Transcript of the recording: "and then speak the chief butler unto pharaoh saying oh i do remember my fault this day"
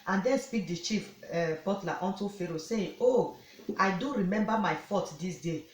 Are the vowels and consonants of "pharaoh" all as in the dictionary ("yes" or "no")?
yes